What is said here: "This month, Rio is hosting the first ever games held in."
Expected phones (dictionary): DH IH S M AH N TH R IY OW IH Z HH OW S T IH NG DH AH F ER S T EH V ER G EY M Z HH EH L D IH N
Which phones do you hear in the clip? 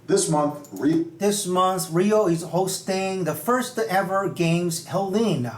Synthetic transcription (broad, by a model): DH IH S M AH N TH R IY OW IH Z HH OW S T IH NG DH AH F ER S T EH V ER G EY M Z HH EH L IH N